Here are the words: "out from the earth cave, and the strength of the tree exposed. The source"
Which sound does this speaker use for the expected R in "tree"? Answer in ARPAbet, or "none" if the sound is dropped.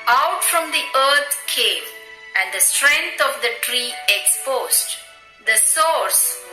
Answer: R